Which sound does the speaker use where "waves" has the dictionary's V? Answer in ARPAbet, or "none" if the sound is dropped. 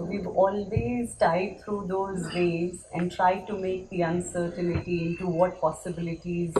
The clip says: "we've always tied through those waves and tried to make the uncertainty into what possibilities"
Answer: none